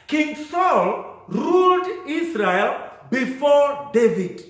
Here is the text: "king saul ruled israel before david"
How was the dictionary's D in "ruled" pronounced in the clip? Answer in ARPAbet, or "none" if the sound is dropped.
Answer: D